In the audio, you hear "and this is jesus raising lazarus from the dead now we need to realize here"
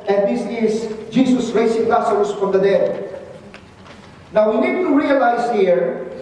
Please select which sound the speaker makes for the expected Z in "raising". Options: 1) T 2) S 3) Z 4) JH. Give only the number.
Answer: 2